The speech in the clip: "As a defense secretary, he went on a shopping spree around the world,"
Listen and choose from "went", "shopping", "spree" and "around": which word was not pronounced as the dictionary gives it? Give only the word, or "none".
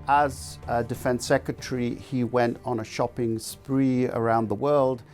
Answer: none